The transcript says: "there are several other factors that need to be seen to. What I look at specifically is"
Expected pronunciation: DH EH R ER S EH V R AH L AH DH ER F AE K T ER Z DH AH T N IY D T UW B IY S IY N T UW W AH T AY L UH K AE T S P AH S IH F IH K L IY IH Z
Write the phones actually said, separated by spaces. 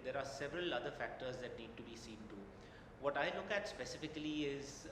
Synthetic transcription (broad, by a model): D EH R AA S EH V R AH L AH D ER F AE K T ER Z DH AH T N IY D T UW B IY S IY N T UW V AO T AY L UH K AE T S P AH S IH F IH K L IY IH Z